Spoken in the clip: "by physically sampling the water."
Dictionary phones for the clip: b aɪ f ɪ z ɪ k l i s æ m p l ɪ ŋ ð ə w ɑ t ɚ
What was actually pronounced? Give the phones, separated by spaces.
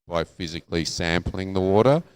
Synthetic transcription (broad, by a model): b aɪ f ɪ z ɪ k l i s æ m p l ɪ ŋ ð ə w ɑ t ɚ